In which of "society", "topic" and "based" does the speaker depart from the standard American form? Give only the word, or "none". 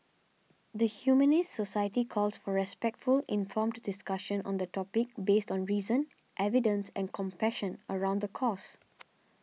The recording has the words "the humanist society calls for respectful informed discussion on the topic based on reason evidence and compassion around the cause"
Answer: none